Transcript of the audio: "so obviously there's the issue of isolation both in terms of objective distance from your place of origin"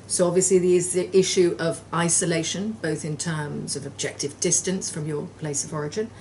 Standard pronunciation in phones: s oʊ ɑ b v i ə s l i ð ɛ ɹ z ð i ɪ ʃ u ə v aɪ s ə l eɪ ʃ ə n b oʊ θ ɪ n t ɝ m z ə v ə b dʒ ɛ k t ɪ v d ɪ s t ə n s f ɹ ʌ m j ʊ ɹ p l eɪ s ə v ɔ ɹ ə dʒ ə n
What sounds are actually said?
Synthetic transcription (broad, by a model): s oʊ ɑ b v i ə s l i ð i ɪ z ð i ɪ ʃ u ə v aɪ s ə l eɪ ʃ ə n b oʊ θ ɪ n t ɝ m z ə v ə b dʒ ɛ k t ɪ v d ɪ s t ə n s f ɹ ʌ m j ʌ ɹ p l eɪ s ə v ɔ ɹ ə dʒ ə n